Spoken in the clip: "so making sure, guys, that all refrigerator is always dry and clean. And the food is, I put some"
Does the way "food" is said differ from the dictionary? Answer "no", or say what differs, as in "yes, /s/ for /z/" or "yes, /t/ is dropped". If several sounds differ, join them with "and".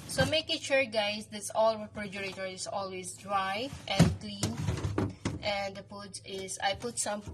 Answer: yes, /p/ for /f/